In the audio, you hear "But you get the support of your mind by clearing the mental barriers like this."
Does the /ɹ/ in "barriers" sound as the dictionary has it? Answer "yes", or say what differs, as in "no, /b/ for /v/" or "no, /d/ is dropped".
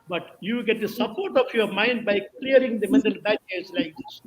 no, /ɹ/ is dropped